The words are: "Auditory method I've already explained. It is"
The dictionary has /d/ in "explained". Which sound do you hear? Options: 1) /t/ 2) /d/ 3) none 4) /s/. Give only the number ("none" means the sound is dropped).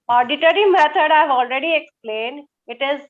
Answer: 2